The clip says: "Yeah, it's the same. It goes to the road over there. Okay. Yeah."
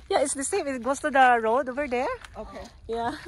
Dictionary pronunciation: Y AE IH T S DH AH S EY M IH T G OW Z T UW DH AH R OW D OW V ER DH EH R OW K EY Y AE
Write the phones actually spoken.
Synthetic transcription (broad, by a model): Y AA IH T S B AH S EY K IH T G OW S T UW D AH R OW D OW V ER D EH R OW K EY Y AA